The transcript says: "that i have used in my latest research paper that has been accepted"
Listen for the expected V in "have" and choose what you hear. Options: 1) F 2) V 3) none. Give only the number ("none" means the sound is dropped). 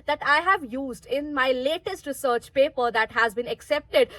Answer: 2